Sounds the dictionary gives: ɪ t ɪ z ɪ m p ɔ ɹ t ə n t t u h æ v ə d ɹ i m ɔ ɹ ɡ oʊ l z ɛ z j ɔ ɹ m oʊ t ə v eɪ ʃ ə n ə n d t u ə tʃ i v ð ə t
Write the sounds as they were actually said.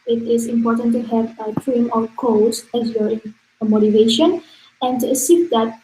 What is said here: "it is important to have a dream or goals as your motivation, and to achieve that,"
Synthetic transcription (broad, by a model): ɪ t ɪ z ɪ m p ɔ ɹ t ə n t t u h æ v ə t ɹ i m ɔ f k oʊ z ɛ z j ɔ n m oʊ t ə v eɪ ʃ ə n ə n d t u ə s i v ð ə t